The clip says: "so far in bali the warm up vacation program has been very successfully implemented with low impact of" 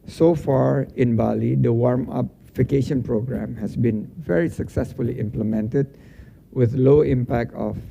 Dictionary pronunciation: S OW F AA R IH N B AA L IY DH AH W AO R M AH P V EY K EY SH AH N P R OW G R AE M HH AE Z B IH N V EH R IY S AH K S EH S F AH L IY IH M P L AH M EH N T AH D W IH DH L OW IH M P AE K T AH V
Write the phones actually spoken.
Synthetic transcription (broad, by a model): S OW F AA R IH N B AA L IY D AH W AO R M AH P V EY K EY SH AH N P R OW G R AE M HH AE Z B IH N V EH R IY S AH K S EH S F AH L IY IH M P L AH M EH N T AH D W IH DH L OW IH M P AE K T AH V